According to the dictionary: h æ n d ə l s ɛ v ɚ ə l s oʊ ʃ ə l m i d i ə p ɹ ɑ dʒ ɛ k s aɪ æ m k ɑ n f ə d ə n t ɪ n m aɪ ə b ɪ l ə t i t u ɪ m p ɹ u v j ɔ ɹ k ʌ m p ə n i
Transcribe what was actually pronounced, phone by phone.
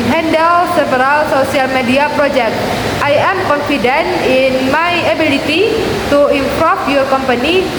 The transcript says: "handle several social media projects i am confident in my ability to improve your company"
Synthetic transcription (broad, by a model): h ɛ n d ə l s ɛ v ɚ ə l s oʊ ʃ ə l m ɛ d i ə p ɹ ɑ dʒ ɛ k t aɪ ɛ m k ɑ n f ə d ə n ɪ n m aɪ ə b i l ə t i t u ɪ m p ɹ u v j ɔ ɹ k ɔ m p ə n i